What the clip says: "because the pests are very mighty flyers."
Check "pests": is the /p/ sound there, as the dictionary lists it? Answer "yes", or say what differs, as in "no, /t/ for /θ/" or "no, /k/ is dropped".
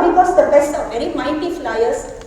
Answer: no, /b/ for /p/